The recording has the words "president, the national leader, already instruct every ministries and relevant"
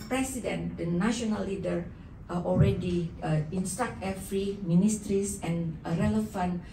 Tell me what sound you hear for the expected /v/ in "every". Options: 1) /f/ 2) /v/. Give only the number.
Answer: 1